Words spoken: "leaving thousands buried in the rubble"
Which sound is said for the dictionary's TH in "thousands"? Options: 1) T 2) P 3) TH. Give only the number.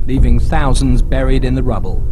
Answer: 3